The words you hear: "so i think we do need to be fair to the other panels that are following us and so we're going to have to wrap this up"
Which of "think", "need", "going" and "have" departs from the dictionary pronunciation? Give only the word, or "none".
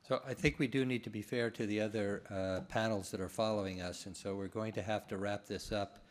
have